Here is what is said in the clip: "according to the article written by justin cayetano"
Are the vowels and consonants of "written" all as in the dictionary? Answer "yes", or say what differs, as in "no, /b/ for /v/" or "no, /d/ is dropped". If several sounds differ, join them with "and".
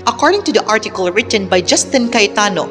yes